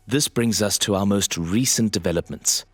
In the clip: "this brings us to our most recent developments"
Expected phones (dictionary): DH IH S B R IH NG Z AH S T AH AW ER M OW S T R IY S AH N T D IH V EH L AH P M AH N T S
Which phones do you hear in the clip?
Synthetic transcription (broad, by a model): DH IH S B R IH NG Z AH S T AH AW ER M OW S T R IY S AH N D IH V EH L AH P M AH N T S